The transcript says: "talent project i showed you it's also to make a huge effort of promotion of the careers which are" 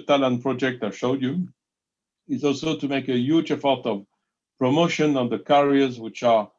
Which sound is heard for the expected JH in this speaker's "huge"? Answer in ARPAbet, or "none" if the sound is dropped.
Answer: JH